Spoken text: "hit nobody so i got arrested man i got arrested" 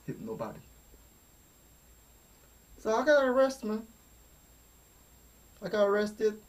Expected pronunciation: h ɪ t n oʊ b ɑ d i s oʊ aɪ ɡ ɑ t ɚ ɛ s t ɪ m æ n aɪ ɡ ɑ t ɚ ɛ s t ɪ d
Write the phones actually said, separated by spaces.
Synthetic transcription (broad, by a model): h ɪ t n oʊ b ɑ d i s oʊ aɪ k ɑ ɚ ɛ s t m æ aɪ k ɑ ɚ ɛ s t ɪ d